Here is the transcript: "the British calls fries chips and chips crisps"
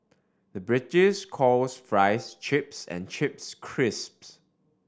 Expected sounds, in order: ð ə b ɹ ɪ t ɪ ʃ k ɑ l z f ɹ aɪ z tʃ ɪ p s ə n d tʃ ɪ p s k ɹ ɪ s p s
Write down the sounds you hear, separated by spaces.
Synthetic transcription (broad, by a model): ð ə b ɹ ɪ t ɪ s k ɑ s f ɹ aɪ s tʃ ɪ p s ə n tʃ ɪ p s k ɹ ɪ s p s